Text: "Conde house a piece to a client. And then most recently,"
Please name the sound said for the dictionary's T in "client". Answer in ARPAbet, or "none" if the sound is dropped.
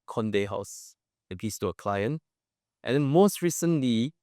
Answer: T